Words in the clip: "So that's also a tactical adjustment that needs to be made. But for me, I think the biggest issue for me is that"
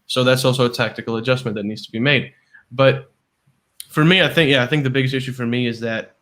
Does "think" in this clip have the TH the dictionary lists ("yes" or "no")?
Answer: yes